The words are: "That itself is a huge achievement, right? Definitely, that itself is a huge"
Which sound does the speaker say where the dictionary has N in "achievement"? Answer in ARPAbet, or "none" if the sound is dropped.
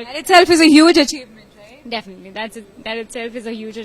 none